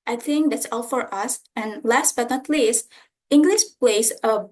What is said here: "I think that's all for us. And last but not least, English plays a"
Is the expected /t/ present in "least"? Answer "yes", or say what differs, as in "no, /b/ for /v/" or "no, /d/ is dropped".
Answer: yes